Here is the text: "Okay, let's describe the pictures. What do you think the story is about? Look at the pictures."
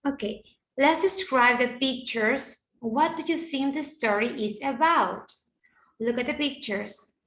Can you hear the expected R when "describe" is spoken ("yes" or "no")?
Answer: yes